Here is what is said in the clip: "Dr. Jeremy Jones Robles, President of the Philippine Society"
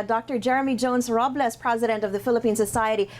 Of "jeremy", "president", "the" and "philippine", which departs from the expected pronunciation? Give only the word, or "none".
none